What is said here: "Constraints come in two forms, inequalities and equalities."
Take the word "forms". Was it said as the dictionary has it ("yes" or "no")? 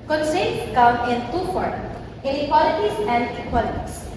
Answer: no